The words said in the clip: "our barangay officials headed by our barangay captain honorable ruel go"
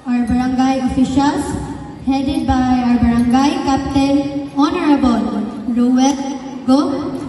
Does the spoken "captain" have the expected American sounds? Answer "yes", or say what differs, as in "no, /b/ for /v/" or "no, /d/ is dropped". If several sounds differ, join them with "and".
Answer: no, /l/ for /n/